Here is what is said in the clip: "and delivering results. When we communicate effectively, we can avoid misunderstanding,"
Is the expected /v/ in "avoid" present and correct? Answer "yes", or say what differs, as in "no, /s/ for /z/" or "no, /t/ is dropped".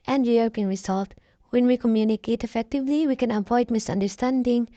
no, /p/ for /v/